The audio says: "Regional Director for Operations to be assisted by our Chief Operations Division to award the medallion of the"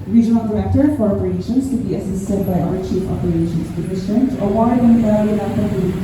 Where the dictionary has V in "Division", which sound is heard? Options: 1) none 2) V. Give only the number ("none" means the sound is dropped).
1